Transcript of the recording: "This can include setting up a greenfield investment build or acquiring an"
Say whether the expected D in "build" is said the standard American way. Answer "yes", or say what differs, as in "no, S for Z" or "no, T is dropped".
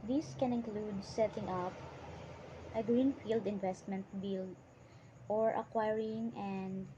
no, D is dropped